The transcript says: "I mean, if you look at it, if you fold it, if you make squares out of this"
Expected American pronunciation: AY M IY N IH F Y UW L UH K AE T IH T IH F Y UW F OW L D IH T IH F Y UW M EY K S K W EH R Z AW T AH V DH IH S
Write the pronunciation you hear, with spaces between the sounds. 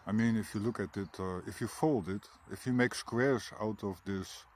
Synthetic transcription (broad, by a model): AY M IY N IH F Y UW L UH K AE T IH T IH F Y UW F OW L D IH T IH F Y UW M EY K S K W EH R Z AW T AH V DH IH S